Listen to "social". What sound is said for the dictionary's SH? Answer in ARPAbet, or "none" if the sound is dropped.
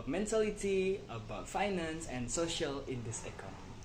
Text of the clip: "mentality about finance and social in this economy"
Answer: SH